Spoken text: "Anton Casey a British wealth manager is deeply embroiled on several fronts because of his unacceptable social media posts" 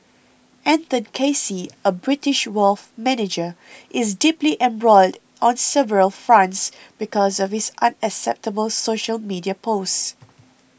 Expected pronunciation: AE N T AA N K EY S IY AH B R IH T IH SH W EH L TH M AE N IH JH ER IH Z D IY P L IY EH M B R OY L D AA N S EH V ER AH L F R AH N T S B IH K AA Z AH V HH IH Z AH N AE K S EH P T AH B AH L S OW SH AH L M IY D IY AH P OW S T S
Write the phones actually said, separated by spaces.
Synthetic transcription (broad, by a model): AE N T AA N K EY S IY AH B R IH T IH SH W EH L F M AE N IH JH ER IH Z D IY P L IY EH M B R OY L D AA N S EH V ER AH L F R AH N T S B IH K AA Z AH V HH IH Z AH N AE K S EH P T AH B AH L S OW SH AH L M IY D IY AH P OW S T